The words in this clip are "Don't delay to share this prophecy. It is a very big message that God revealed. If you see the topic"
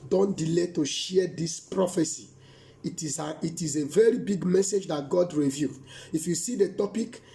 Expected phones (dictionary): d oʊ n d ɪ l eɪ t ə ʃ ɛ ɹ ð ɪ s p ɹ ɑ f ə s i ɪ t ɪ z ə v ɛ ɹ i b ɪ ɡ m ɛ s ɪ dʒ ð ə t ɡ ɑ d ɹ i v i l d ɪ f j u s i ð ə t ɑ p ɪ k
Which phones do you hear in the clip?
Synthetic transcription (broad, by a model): d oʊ n d ɪ l eɪ t ə ʃ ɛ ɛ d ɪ s p ɹ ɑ f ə s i ɪ t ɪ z ə v ɛ ɹ i b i ɡ m ɛ s ɪ dʒ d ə t ɡ ɑ d ɹ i v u d ɪ f j u s i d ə t ɑ p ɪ k